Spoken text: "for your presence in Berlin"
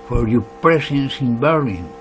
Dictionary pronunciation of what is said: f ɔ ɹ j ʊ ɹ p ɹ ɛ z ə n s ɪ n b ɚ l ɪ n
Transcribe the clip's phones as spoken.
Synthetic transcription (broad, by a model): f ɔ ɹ j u p ɹ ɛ s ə n s ɪ n b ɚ l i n